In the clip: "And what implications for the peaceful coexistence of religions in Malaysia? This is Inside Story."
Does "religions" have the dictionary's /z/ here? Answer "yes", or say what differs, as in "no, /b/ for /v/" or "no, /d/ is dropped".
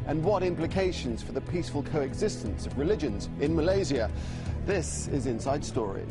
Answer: yes